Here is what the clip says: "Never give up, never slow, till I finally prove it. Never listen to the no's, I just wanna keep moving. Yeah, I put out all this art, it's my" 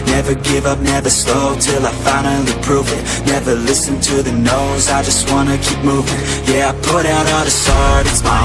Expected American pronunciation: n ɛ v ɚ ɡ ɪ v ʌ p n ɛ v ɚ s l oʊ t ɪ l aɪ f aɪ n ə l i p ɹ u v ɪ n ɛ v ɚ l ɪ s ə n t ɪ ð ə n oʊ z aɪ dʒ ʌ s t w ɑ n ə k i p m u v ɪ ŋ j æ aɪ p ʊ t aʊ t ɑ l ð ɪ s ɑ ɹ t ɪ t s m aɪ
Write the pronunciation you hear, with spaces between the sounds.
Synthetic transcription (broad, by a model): n ɛ v ɚ ɡ ɪ v ʌ p n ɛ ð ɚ s l oʊ t ɪ l aɪ f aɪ ə n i p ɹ u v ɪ n ɛ v ɚ l ɪ s ə n t ɪ ð ə n oʊ z aɪ dʒ ʌ s t w ɑ n ə k i p m u v ɪ ŋ j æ aɪ p ʊ t aʊ t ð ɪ s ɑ ɹ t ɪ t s m aɪ